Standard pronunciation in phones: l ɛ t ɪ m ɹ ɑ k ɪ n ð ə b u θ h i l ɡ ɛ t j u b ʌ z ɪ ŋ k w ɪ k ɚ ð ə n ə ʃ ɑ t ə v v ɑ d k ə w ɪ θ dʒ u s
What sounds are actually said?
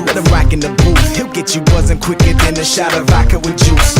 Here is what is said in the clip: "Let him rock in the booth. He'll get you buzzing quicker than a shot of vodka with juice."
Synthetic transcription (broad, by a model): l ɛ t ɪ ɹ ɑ k ɪ n ð ə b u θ h i l ɡ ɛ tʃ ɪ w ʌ z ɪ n k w ɪ k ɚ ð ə n ə ʃ ɑ t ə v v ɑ k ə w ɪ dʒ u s